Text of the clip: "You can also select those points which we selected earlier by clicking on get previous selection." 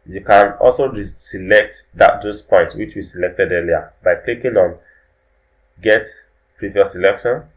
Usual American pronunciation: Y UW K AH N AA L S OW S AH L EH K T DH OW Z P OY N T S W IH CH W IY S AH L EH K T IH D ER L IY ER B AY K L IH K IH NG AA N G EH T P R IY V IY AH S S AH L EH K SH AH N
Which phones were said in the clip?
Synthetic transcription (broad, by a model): Y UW K AH N AA L S OW S AH L EH K T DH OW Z P OY N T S W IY CH W IY S AH L EH K T IH D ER L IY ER B AY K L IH K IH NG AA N G EH T P R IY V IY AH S S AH L EH K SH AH N